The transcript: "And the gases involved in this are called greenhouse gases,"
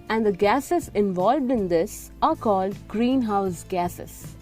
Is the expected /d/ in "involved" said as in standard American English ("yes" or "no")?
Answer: yes